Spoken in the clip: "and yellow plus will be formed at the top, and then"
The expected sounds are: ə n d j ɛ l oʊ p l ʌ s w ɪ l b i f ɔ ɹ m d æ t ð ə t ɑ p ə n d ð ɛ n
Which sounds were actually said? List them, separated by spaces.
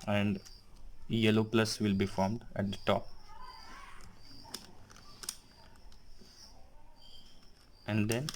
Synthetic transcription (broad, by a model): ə n d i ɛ l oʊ p l ʌ s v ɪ l b i f ɔ ɹ m d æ t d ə t ɑ p ə n d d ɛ n